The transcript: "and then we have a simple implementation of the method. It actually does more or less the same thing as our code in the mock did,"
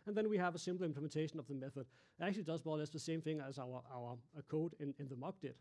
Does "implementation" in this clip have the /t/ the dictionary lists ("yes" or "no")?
yes